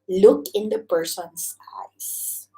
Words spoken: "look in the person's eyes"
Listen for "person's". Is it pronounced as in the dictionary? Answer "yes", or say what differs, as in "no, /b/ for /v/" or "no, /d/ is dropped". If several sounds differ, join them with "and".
no, /s/ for /z/